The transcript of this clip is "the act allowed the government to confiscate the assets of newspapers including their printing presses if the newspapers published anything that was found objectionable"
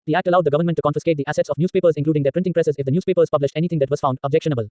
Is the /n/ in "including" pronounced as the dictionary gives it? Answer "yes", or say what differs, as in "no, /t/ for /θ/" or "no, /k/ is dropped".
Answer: no, /n/ is dropped